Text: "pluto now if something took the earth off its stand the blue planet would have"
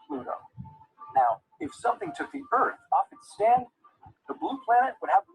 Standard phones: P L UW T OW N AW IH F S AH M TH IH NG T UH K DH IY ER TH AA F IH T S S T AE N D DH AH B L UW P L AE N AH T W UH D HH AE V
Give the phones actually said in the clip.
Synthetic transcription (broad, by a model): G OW N AW IH F S AH M TH IH NG T UH K DH IY ER TH AA F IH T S S T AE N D DH AH B L UW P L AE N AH T W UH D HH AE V